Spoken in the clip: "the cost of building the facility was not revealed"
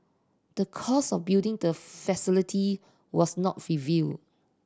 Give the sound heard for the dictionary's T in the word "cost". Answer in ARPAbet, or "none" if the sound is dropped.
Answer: none